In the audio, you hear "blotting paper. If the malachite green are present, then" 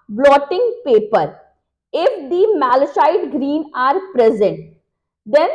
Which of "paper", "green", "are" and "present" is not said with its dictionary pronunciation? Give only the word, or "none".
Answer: none